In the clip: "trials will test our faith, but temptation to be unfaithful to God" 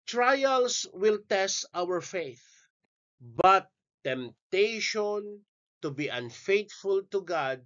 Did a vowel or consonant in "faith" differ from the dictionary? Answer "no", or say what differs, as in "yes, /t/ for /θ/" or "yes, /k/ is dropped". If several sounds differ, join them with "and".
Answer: no